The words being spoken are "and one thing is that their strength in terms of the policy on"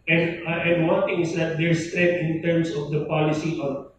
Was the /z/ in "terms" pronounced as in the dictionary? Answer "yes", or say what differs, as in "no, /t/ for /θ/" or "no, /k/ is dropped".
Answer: no, /s/ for /z/